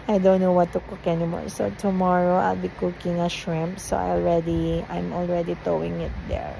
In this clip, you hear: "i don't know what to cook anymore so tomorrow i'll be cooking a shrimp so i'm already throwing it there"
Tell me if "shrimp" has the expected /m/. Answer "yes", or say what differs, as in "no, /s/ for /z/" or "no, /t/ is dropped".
yes